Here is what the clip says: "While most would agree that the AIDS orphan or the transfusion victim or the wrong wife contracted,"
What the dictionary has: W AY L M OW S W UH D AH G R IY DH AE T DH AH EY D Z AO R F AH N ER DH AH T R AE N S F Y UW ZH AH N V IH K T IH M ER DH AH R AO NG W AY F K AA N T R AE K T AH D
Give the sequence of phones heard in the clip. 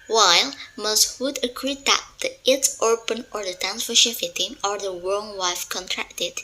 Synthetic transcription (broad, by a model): W AY L M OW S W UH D AH G R IY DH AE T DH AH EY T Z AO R P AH N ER DH AH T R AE N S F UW SH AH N F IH T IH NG ER DH AH R AO NG W AY F K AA N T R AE K T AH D